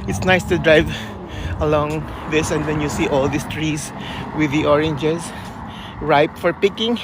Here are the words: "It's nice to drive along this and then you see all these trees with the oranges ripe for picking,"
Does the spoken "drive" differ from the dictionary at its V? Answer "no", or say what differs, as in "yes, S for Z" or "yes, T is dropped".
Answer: no